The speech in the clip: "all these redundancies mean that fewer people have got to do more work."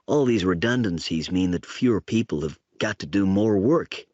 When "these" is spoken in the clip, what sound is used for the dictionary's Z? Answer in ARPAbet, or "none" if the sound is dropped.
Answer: Z